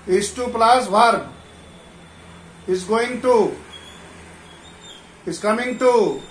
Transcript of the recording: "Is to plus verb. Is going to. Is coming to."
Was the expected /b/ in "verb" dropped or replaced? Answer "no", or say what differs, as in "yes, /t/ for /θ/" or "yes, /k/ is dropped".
yes, /b/ is dropped